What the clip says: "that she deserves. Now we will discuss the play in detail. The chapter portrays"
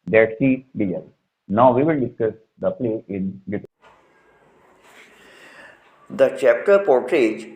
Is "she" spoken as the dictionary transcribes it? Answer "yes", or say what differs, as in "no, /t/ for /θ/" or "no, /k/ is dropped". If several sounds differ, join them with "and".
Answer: no, /s/ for /ʃ/